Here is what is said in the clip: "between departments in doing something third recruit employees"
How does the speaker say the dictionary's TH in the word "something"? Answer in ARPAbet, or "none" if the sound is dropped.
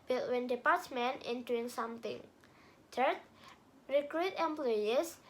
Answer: T